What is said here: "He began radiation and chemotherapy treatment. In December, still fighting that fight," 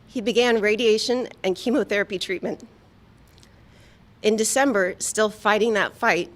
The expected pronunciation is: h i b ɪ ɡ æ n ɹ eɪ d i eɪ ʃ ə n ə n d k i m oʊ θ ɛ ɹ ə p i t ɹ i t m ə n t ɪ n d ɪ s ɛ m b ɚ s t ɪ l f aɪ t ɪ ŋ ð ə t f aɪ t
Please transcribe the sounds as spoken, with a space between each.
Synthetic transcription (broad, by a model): h i b ɪ ɡ æ n ɹ eɪ d i eɪ ʃ ə n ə n k i m oʊ θ ɛ ɹ ə p i t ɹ i t m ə n t ɪ n d ɪ s ɛ m b ɚ s t ɪ l f aɪ t ɪ ŋ ð ə t f aɪ t